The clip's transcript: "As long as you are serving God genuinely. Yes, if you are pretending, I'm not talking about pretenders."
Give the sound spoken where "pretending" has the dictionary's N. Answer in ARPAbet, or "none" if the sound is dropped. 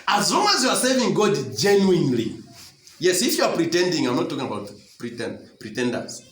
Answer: N